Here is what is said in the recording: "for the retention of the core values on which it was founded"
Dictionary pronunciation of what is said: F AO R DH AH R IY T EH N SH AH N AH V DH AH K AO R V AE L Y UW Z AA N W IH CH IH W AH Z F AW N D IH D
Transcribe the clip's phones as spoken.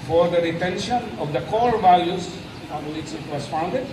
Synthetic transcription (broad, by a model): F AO R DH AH R IY T EH N SH AH N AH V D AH K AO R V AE L Y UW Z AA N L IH S IH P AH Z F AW N D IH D